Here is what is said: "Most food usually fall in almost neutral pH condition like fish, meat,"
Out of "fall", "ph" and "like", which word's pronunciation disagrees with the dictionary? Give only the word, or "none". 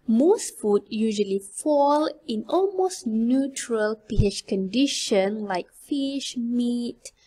ph